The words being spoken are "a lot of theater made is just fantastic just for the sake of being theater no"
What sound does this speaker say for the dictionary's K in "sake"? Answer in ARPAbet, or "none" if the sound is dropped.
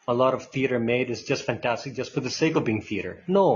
K